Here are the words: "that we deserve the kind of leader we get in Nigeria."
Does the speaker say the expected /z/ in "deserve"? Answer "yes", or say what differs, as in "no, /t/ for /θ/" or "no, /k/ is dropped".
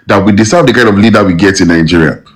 no, /s/ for /z/